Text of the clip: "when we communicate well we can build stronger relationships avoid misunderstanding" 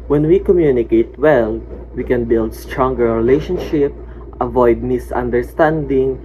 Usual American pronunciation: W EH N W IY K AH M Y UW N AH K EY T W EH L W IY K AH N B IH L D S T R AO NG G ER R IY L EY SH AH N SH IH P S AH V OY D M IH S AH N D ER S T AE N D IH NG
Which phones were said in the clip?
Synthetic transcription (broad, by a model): W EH N W IY K AH M Y UW N AH K EY T W EH L W IY K AH N B IH L D S T R AO NG G ER R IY L EY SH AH N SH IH P AH V OY D M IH S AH N D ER S T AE N D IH NG